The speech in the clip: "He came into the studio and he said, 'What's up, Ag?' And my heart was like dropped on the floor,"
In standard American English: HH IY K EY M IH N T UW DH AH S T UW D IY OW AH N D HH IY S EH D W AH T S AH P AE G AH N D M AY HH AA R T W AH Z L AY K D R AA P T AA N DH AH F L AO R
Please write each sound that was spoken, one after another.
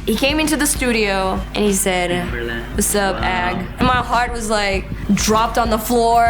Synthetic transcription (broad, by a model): HH IY K EY M IH N T UW DH AH S T UW D IY OW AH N IY S EH D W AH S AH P AE G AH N M AY HH AA R T W AH Z L AY K D R AA P T N DH AH F L AO R